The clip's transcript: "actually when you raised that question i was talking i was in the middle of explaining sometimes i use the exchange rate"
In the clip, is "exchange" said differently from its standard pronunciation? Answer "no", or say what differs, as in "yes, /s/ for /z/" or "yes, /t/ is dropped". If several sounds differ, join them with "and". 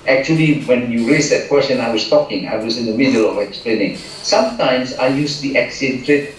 yes, /tʃ/ is dropped